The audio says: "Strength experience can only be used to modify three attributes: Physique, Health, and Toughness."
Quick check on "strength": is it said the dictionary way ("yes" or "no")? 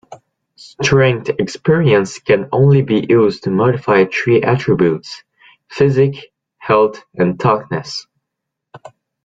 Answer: no